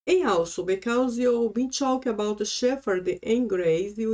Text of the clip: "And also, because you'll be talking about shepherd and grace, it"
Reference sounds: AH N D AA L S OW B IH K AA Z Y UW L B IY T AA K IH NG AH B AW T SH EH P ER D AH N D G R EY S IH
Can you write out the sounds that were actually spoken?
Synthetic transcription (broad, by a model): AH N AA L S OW B IH K AA Z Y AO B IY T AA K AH B AW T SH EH F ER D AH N G R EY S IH